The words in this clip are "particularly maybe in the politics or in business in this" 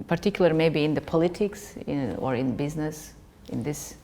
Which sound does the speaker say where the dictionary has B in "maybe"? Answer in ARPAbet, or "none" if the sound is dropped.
B